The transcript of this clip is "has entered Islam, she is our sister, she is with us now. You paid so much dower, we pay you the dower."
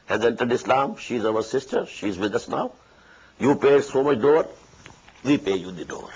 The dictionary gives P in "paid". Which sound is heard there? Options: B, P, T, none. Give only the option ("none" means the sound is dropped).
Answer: P